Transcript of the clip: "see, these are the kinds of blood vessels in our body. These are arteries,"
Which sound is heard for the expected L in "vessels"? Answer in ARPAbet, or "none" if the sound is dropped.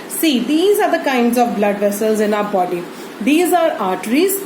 L